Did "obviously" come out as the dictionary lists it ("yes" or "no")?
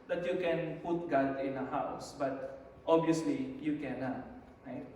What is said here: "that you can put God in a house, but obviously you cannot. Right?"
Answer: no